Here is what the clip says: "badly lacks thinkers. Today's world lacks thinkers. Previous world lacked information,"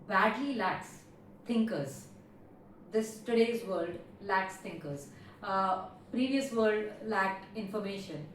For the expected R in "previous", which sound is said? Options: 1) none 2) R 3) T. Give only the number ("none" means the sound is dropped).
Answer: 2